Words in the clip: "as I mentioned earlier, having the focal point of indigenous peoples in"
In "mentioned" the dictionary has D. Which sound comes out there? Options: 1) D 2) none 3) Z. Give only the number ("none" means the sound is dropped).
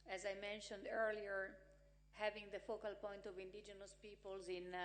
1